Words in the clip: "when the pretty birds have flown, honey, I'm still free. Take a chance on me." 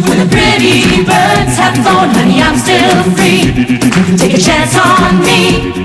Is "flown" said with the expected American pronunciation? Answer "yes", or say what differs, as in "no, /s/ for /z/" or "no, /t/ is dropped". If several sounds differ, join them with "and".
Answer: no, /l/ is dropped